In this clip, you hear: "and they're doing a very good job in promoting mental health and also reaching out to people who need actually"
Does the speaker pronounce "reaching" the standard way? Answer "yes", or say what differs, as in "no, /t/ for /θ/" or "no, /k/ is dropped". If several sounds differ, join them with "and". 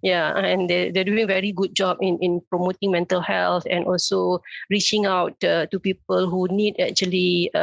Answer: yes